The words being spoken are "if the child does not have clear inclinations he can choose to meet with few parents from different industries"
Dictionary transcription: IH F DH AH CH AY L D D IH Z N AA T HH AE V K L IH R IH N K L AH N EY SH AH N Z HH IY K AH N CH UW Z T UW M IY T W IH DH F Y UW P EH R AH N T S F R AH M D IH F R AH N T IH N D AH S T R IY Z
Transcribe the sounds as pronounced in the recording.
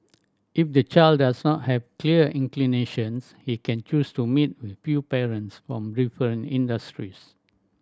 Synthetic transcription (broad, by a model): IH F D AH CH AY L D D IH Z N AA T HH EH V K L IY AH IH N K L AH N EY SH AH N S HH IY K AH N CH UW S T UW M IY T W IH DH F Y UW P EH R AH N T S F R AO M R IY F AH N IH N D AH S T R IY S